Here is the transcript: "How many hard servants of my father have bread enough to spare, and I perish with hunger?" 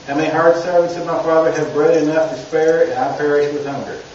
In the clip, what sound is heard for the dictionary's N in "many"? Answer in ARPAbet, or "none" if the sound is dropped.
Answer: none